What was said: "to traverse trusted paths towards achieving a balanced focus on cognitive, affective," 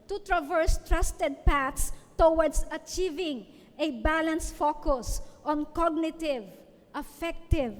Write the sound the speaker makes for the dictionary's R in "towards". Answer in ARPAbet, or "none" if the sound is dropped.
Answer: W